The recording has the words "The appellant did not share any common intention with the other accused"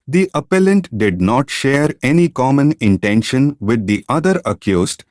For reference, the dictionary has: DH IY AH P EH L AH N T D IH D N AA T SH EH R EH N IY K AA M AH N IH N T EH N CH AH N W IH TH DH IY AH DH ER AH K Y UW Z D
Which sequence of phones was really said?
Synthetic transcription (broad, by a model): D IY AH P EH L AH N T D IH D N AA T SH EH R EH N IY K AA M AH N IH N T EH N SH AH N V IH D IY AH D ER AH K Y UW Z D